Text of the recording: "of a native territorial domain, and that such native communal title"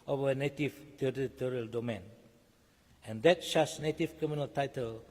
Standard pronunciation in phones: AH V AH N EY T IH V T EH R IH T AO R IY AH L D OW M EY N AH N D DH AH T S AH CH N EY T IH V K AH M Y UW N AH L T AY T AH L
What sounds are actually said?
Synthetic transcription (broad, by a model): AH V AH N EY T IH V T EH R IH T AO R IY AH L D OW M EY N AH N D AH T SH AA S N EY T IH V K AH M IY N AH L T AY T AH L